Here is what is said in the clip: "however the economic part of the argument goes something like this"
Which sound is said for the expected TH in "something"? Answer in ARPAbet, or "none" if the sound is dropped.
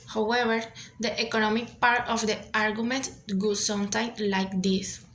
T